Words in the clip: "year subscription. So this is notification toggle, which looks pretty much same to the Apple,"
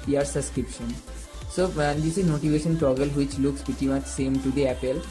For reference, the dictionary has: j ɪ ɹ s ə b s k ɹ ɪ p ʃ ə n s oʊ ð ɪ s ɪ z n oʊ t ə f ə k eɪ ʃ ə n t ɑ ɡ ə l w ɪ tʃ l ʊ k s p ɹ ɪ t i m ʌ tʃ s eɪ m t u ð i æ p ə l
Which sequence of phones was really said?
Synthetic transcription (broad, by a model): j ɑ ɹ s ə b s k ɹ ɪ p ʃ ə n s oʊ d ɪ s ɪ z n oʊ t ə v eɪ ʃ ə n t ɑ ɡ ə l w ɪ tʃ l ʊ k s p ɪ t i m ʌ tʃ s eɪ m t u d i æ p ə l